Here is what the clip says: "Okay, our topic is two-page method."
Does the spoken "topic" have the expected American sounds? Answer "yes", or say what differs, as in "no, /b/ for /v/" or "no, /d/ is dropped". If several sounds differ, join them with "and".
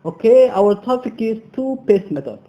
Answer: no, /f/ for /p/